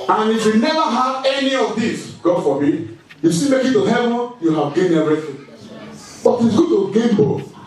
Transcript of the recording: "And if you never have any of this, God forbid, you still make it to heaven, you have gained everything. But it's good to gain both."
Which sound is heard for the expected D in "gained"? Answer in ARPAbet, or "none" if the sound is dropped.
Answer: none